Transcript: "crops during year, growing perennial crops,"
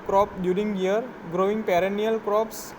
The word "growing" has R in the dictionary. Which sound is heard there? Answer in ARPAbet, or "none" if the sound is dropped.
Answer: R